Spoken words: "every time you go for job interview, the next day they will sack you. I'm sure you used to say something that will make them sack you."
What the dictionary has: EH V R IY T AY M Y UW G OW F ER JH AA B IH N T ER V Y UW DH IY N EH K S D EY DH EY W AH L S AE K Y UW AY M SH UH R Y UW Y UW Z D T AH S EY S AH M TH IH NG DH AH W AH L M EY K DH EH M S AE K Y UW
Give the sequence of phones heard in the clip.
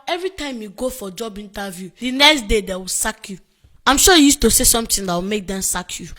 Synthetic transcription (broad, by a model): EH V R IY T AY M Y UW G OW F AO JH AA B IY N T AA V Y UW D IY N EH K S D EY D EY W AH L S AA K Y UW AY M SH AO Y UW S T AH S EY S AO M T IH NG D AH W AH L M EY K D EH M S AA K Y UW